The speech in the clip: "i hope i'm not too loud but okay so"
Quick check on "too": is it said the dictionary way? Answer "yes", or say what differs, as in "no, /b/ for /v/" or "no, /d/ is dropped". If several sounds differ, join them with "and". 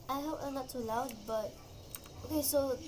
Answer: no, /s/ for /t/